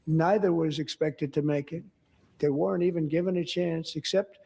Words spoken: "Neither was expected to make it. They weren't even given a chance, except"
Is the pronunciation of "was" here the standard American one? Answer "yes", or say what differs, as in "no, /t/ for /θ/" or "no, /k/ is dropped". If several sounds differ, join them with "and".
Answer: yes